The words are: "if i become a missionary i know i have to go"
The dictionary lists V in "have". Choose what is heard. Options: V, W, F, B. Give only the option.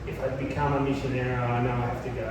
F